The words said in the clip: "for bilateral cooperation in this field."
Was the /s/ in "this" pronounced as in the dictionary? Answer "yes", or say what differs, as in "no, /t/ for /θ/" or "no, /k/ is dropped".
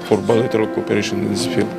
no, /s/ is dropped